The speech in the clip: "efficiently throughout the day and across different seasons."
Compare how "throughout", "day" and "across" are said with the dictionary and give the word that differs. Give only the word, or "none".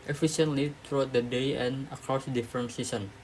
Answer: throughout